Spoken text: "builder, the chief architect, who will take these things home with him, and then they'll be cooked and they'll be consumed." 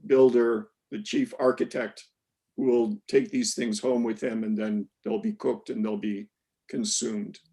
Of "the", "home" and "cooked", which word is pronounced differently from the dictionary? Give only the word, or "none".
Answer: none